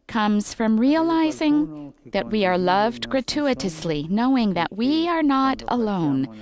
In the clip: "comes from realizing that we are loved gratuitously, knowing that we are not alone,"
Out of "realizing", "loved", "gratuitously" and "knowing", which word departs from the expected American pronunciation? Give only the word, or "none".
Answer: none